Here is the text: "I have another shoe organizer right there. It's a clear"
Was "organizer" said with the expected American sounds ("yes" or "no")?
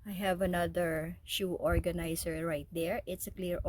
no